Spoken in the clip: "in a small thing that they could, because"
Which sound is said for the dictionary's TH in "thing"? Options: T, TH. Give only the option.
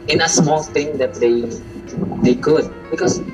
T